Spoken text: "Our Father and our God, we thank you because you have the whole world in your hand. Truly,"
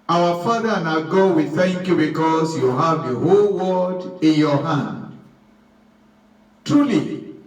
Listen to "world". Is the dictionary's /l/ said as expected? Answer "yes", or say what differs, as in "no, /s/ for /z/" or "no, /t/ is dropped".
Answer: no, /l/ is dropped